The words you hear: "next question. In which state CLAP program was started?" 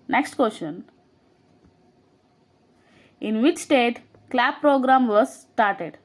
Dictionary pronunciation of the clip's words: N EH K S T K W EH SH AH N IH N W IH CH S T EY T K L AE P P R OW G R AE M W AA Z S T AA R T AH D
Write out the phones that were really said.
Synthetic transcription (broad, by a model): N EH K S T K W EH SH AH N IH N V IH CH S T EY T K L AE B P R OW G R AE M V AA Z S T AA R T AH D